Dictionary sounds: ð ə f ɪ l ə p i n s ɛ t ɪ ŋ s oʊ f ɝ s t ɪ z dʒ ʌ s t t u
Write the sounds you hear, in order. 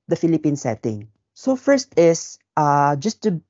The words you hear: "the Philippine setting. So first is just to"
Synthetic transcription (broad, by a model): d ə f ɪ l ə p i n s ɛ t ɪ ŋ s oʊ f ɝ s t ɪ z dʒ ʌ s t t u